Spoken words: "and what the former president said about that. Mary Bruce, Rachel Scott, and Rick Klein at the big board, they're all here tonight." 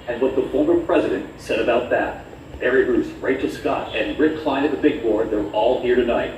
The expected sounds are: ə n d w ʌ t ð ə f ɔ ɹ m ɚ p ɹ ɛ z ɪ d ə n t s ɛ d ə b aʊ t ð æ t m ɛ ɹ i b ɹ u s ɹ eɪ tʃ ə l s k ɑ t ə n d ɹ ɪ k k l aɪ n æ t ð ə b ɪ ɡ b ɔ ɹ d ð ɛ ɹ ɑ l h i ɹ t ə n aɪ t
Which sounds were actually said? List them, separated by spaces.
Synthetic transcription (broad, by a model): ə n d w ʌ t ð ə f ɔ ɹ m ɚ p ɹ ɛ z ɪ d ə n t s ɛ d ə b aʊ t ð æ t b ɛ ɹ i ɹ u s ɹ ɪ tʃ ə s k ɑ t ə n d ɹ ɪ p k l aɪ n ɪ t ð ə b ɪ ɡ b ɔ ɹ d ð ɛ ɹ ɑ l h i ɹ t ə n aɪ t